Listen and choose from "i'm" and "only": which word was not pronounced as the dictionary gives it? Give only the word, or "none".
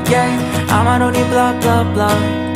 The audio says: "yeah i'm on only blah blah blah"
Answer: only